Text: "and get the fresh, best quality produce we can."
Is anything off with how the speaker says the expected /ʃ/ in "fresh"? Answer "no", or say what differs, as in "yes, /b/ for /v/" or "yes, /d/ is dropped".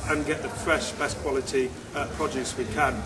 no